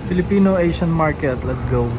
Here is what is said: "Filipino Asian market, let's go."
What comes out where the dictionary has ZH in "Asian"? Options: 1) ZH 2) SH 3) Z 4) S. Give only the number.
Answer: 2